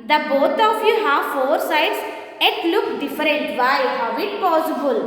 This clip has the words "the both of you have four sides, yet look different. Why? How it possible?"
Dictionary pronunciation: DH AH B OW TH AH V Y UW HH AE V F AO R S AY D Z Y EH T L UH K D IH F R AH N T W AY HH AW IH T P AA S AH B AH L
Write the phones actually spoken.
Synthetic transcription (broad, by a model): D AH B OW T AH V Y UW HH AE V F AO R S AY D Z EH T L UH K D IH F R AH N T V AY HH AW IH T P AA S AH B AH L